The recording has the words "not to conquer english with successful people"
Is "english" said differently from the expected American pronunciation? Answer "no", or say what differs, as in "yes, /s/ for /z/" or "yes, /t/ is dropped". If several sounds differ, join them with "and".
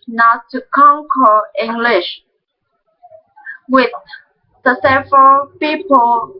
no